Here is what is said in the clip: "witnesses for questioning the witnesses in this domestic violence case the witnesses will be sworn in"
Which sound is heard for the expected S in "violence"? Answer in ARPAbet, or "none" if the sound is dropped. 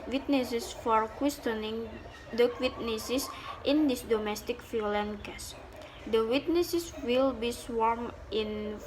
none